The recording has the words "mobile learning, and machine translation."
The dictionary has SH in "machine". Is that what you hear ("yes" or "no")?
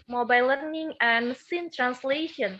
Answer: no